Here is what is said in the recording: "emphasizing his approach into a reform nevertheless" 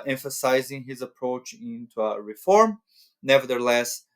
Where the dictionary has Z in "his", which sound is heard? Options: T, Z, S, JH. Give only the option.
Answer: Z